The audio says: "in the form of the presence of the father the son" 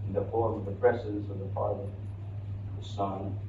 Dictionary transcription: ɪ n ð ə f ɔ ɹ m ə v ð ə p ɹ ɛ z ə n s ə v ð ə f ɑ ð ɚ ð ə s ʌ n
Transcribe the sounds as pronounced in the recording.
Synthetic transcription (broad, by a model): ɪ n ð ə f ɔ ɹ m ə v ð ə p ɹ ɛ s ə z ə v ð ə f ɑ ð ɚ ð ə s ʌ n